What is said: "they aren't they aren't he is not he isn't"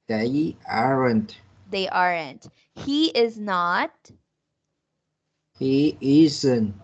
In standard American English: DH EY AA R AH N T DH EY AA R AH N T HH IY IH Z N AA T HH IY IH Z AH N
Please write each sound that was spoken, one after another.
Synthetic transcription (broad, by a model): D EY AA R AH N T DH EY AA R AH N T HH IY IH Z N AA T HH IY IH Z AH N